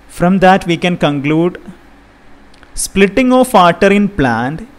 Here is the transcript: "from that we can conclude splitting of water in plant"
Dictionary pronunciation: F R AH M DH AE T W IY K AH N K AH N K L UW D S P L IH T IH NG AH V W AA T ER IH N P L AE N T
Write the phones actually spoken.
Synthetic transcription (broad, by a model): F R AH M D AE T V IY K AH N K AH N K L UW D S P L IH T IH NG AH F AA T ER IH N P L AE N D